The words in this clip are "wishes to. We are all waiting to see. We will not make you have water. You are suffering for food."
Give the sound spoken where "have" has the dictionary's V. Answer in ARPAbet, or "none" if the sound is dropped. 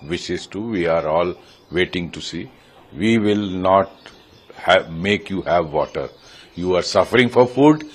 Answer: V